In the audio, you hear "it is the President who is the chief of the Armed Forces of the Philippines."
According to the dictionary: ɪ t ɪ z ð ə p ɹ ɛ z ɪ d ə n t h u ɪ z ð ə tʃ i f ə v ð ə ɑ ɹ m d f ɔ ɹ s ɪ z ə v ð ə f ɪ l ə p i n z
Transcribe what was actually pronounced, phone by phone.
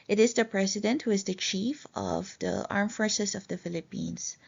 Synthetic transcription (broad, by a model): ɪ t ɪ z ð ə p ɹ ɛ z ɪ d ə n t h u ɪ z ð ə tʃ i f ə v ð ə ɑ ɹ m f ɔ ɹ s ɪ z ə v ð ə f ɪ l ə p i n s